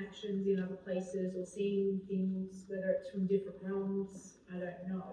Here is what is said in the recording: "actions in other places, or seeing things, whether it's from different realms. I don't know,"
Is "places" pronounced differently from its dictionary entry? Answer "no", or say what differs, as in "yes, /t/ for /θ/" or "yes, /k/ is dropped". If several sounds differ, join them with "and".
no